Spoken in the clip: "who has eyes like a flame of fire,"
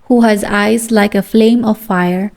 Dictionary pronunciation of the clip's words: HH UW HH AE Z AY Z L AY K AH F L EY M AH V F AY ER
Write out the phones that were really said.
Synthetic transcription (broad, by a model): HH UW HH AE Z AY Z L AY K AH F L EY M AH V F AY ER